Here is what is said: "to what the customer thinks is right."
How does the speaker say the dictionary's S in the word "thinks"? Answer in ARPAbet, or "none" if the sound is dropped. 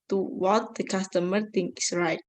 none